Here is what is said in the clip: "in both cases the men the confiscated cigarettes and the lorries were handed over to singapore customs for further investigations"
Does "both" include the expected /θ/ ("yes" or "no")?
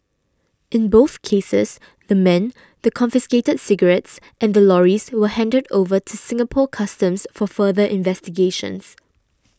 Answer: yes